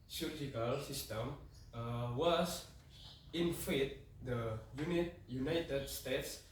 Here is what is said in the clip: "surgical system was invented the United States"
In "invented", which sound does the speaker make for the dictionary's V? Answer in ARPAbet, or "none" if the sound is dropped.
F